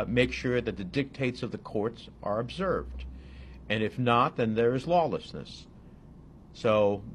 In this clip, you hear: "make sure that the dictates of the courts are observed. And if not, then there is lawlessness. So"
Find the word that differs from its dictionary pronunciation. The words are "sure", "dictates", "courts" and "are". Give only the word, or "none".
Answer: none